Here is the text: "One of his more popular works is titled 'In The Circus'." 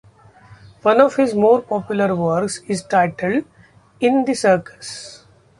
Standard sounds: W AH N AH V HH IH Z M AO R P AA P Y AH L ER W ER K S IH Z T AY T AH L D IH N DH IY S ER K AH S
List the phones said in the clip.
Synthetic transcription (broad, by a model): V AH N AH V HH IH Z M AO R P AA P Y AH L ER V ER K S IH Z T AY T AH L D IH N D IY S ER K AH S